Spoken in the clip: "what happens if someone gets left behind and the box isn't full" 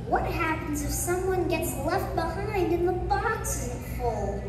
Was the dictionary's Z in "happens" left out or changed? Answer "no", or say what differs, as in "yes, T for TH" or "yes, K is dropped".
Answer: no